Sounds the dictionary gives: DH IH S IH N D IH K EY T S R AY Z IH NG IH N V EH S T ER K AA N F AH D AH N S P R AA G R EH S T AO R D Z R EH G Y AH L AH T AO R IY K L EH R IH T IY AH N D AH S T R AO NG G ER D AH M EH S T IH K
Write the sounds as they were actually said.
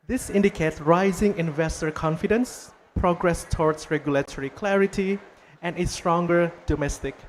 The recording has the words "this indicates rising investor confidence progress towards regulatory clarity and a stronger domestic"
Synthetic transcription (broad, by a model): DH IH S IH N D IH K EY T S R AY Z IH NG IH N V EH S T ER K AA N F AH D AH N S P R AA G R EH S T AO R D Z R EH G Y AH L AH T AO R IY K L EH R IH T IY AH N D AH S T R AO NG G ER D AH M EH S T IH K